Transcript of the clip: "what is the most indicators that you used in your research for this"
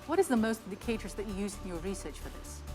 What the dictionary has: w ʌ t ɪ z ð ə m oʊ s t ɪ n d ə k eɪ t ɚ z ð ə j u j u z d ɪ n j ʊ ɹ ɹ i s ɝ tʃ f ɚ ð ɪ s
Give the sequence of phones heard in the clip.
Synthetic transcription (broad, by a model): w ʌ t ɪ z ð ə m oʊ s t ɪ n d ə k eɪ t ɚ z ð ə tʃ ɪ j u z ɪ n j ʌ ɹ ɹ i s ɝ tʃ f ɚ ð ɪ s